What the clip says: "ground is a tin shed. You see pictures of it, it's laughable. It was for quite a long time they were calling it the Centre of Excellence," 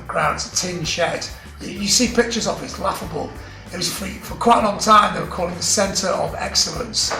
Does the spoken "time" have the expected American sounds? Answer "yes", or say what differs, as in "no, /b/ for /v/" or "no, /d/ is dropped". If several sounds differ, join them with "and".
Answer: yes